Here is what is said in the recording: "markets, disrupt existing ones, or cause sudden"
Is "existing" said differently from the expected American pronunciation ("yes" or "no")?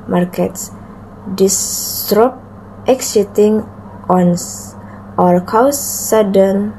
yes